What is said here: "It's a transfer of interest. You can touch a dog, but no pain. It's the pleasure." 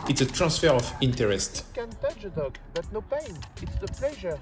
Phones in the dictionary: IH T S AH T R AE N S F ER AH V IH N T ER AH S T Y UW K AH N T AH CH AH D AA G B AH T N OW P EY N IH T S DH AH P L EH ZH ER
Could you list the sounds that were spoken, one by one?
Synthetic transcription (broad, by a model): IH T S AH T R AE S F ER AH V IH N T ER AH S T K AH N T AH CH AH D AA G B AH T N OW P EY N IH T S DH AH P L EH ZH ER